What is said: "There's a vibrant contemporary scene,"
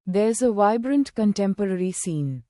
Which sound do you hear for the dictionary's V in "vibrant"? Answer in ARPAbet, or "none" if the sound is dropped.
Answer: V